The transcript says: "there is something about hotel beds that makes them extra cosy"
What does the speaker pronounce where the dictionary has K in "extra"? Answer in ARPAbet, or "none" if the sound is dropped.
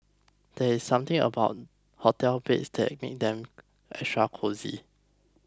none